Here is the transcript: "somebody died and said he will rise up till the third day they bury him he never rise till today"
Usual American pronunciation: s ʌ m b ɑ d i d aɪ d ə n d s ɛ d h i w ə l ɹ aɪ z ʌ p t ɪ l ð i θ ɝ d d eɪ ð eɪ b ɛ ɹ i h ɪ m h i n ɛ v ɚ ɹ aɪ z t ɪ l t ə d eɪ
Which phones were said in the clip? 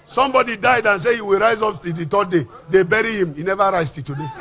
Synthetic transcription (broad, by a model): s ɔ m b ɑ d i d aɪ d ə n s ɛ h i w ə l ɹ aɪ z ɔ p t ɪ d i t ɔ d d eɪ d eɪ b ɛ ɹ i h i m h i n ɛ v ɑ ɹ aɪ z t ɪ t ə d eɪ